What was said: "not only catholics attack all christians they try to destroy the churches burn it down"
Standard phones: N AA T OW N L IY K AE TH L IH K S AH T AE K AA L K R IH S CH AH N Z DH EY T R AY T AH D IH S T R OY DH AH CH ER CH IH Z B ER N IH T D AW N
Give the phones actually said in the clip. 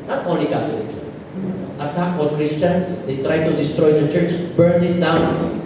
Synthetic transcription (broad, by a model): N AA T OW N L IY K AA T L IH K S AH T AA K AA N K R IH S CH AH N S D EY T R AY T AH D IH S T R OY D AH CH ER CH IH S B ER N IH T D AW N